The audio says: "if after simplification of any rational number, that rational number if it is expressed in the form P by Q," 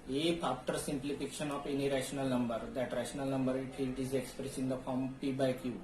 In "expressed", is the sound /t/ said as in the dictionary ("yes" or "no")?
no